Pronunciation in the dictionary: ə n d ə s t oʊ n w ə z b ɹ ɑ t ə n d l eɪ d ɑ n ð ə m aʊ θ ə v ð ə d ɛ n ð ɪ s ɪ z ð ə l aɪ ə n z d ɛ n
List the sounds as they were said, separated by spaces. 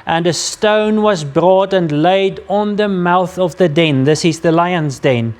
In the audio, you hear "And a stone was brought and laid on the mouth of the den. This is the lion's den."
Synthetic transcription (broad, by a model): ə n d ə s t oʊ n w ə z b ɹ ɑ t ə n l eɪ d n ð ə m aʊ θ ə v ð ə d ɛ n ð ɪ s ɪ z ð ə l aɪ ə n z d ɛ n